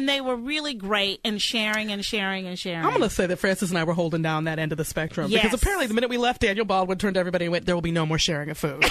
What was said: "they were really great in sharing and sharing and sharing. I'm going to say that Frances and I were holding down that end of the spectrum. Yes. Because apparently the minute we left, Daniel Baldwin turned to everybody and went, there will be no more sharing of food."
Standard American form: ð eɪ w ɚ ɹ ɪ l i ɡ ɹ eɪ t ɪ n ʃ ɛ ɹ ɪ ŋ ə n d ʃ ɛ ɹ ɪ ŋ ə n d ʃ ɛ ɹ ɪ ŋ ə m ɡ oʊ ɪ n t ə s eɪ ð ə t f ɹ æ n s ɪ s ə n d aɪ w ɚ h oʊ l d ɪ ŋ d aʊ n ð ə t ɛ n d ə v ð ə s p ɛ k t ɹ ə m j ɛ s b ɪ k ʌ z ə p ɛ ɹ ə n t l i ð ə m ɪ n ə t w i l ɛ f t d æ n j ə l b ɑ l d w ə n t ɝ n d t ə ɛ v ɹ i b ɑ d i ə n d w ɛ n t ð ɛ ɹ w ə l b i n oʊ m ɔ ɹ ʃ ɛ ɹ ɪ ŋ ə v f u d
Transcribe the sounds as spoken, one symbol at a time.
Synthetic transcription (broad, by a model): ð eɪ w ɚ ɹ ɪ l i ɡ ɹ eɪ t ɪ n ʃ ɛ ɹ ɪ ŋ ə n ʃ ɛ ɹ ɪ ŋ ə n ʃ ɛ ɹ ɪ ə m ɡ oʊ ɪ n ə s eɪ ð ə t f ɹ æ n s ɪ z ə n aɪ w ɚ h oʊ l d ɪ ŋ d aʊ n ð ə t ɛ n d ə v ð ə s p ɛ k t ɹ ə m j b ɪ k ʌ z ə p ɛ ɹ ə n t l i ð ə m ɪ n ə t w i l ɛ f t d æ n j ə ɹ b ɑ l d w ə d t ɝ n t ɛ v ɹ i b ɑ d i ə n w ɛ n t ð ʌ ɹ w ə l b i n oʊ m ɔ ɹ ʃ ɛ ɹ ɪ ŋ ə v f u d